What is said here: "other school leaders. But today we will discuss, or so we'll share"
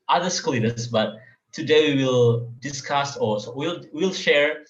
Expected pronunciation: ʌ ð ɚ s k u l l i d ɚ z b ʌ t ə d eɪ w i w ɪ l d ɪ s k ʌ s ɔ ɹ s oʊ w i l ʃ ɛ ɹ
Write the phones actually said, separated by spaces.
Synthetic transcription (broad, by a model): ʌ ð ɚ s k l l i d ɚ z b ʌ t ə d eɪ w i w ɪ l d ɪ s k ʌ s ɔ l s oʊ w i l ʃ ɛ ɹ